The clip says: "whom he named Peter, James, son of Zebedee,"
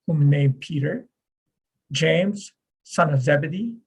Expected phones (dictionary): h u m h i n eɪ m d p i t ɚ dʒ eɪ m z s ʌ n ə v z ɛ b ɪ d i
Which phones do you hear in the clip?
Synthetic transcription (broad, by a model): h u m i n eɪ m p i t ɚ dʒ eɪ m z s ʌ n ə v z ɛ b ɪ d i